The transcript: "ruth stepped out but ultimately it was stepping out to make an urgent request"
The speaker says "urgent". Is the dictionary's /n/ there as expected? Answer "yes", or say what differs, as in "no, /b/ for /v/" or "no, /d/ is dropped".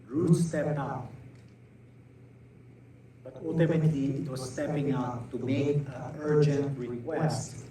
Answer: yes